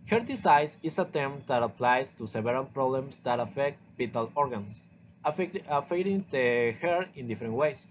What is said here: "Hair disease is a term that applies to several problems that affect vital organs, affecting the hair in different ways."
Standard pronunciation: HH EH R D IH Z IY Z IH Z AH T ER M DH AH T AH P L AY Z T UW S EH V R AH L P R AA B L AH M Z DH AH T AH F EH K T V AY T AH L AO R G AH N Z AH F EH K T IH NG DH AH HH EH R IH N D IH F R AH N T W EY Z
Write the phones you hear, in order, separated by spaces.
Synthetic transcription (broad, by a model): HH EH R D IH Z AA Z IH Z AH T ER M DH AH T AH P L AY S T UW S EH B R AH N P R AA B L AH M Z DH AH T AH F EH K T B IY T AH L AO R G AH N S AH F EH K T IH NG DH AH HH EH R IH N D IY F R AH N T W EY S